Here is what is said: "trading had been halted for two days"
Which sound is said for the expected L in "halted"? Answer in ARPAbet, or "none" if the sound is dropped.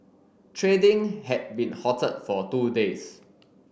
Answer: none